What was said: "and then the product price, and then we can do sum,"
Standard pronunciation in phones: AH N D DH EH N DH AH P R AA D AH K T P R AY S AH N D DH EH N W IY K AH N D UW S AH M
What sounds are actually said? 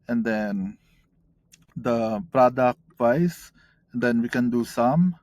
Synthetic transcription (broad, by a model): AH N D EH N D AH P R AA D AH K T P AY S AH N D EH N W IY K AH N D UW S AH M